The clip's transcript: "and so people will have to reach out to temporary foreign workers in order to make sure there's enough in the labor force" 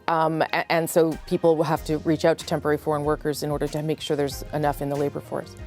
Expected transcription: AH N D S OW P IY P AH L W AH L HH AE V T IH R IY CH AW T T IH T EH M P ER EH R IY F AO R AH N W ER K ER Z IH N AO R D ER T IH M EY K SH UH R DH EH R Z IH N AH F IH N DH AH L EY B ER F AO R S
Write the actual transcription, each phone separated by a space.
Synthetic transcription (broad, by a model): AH N S OW P IY P L W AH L HH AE F T IH R IY CH AW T T IH T EH M P ER EH R IY F AO R AH N W ER K ER Z IH N AO R D ER T IH M EY K SH UH R DH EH R Z IH N AH F IH N DH AH L EY B ER F AO R S